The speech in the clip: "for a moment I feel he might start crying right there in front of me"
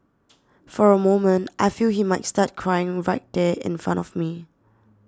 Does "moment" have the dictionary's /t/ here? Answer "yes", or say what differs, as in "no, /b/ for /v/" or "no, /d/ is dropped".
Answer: yes